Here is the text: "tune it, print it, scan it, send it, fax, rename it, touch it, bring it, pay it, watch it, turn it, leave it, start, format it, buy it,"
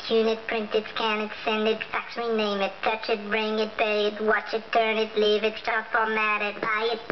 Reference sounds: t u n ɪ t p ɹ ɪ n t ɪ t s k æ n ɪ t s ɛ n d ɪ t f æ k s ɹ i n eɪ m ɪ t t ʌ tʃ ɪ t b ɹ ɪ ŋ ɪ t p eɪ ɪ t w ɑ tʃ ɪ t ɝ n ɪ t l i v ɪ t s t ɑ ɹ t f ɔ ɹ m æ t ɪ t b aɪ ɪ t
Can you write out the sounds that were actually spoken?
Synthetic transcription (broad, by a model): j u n ɪ t p ɹ ɪ n t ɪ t s k æ n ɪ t s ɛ n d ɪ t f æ k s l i n eɪ m ɪ t t ʌ tʃ ɪ t b ɹ ɪ ŋ ɪ t b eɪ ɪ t w ɑ tʃ ɪ t ɝ n ɪ t l i v ɪ t s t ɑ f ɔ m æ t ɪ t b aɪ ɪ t